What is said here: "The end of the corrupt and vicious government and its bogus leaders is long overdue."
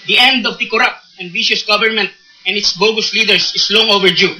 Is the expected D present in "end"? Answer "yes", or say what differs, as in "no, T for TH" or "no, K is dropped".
yes